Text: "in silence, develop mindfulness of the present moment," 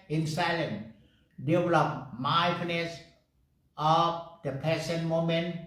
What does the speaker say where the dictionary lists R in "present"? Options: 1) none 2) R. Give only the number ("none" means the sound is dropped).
1